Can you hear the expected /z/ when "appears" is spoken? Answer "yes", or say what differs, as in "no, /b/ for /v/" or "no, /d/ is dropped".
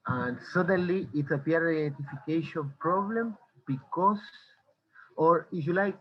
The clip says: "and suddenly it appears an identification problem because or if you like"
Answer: no, /z/ is dropped